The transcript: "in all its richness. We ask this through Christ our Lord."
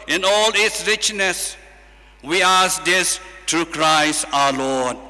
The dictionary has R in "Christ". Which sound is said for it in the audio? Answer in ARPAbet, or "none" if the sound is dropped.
R